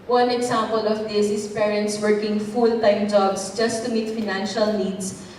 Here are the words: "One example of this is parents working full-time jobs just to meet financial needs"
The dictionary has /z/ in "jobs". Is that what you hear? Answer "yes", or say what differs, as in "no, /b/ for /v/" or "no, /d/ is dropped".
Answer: no, /s/ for /z/